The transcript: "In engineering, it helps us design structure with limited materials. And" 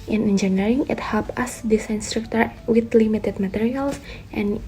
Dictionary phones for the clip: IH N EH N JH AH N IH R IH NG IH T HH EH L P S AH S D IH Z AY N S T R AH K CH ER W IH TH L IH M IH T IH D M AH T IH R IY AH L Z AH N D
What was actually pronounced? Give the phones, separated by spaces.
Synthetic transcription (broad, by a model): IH N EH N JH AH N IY R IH NG IH T HH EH L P AH S D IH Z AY N S T R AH K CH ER W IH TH L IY M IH T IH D M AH T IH R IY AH L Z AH N